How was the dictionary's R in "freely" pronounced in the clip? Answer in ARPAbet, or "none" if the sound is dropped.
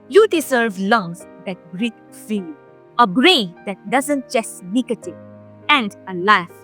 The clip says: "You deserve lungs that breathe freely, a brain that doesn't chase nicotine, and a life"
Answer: none